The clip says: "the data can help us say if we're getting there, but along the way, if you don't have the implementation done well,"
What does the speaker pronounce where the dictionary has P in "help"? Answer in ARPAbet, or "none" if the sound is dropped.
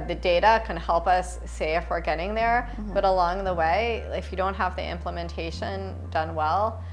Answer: P